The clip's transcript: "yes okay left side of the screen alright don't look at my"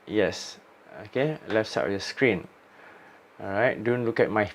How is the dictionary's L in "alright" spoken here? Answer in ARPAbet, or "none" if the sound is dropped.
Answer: none